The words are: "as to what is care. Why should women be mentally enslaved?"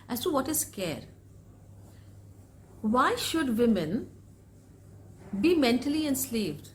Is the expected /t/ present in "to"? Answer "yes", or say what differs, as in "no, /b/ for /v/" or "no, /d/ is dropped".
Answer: no, /s/ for /t/